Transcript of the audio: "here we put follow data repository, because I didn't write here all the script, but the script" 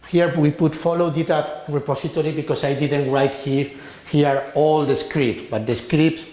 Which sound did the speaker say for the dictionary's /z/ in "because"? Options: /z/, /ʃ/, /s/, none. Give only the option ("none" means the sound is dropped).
/s/